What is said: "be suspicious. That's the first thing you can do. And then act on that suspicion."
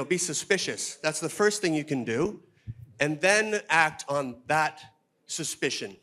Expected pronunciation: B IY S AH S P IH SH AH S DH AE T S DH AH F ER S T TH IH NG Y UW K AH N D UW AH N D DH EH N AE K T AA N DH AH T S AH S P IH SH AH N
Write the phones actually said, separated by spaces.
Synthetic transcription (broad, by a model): B IY S AH S P IH SH AH S DH AE T S DH AH F ER S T TH IH NG Y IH K AH N D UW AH N DH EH N AE K T N DH AH T S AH S P IH SH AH N